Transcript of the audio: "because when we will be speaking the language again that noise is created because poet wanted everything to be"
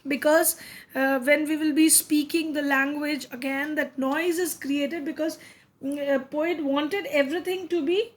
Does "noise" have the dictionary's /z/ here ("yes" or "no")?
yes